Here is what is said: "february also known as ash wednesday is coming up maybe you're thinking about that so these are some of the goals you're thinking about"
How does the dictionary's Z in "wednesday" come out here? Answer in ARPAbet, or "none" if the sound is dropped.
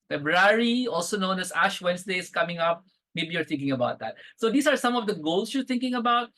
S